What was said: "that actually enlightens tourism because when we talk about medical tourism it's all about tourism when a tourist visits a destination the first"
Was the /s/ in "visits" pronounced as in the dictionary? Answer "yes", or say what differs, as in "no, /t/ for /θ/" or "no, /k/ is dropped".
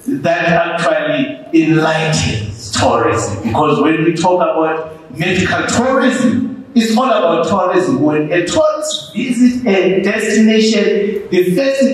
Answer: no, /s/ is dropped